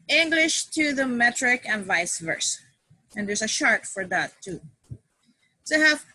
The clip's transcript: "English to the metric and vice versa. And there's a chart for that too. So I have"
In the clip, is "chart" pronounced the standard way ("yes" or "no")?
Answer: no